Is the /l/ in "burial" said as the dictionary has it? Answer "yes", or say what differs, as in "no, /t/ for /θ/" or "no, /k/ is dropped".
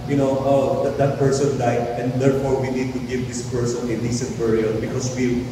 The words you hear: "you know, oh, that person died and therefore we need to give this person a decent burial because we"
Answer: no, /n/ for /l/